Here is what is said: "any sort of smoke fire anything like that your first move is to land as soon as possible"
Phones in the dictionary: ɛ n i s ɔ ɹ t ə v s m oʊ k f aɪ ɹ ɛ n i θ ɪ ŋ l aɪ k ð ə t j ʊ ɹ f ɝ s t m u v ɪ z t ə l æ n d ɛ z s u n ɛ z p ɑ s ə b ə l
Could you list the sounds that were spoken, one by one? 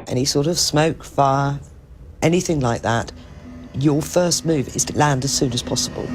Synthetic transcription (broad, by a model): ɛ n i s ɔ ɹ t ə v s m oʊ k f aɪ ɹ ɛ n i θ ɪ ŋ l aɪ k ð ə t j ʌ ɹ f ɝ s t m u v ɪ z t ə l æ n d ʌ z s u n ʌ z p ɑ s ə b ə l